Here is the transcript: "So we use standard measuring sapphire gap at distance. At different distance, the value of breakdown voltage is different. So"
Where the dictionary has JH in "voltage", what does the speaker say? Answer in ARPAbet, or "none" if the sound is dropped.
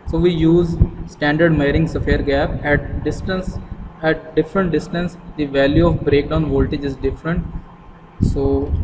JH